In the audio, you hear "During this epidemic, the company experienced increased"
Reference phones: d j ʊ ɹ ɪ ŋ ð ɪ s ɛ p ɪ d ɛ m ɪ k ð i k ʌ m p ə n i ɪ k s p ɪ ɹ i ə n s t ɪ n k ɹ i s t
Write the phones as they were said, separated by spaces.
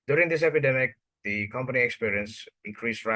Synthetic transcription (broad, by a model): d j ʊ ɹ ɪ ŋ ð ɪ s ɛ p ɪ d ɛ m ɪ k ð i k ʌ m p ə n i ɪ k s p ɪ ɹ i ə n s ɪ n k ɹ i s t